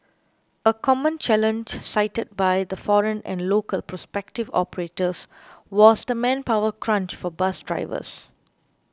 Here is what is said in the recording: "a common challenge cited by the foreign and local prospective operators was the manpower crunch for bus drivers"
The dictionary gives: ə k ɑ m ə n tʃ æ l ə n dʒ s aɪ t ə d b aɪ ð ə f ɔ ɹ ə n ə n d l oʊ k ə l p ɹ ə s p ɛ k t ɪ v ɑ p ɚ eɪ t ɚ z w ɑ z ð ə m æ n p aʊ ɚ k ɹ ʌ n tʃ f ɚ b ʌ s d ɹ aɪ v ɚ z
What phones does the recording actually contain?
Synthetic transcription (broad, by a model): ə k ɑ m ə n tʃ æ l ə n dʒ s aɪ t ə d b aɪ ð ə f ɔ ɹ ə n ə n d l oʊ k ə l p ɹ ə s p ɛ k t ɪ v ɑ p ɚ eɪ t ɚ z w ɑ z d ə m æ n p aʊ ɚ k ɹ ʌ n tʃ f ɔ b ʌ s d ɹ aɪ v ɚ s